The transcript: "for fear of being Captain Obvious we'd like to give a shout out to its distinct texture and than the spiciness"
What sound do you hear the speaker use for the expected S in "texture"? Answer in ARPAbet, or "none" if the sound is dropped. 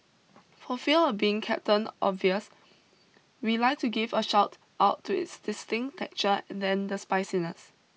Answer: none